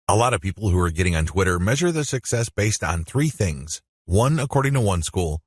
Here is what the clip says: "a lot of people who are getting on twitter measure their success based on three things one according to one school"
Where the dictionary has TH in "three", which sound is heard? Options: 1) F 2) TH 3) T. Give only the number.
2